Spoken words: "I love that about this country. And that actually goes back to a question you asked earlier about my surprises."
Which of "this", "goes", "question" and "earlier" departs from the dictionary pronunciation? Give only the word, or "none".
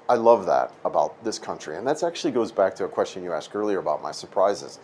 none